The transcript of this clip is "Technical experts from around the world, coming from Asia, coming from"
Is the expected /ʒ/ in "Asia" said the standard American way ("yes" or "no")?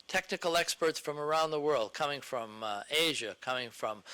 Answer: yes